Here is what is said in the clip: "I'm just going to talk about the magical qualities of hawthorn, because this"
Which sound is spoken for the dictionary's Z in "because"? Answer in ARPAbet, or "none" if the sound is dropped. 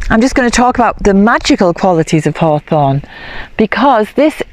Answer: Z